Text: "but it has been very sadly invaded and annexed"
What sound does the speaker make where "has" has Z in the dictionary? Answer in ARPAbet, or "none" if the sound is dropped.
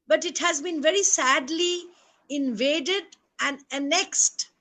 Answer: Z